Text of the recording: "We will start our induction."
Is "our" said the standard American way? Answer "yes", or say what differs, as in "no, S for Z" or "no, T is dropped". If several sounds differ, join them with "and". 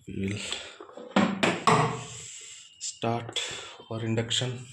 yes